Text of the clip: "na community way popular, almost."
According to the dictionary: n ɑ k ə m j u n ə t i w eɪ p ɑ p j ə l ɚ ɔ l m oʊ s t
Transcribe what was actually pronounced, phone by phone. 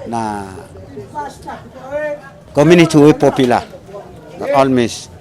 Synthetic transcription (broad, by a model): n ɑ k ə m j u n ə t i w eɪ p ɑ p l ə n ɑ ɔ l m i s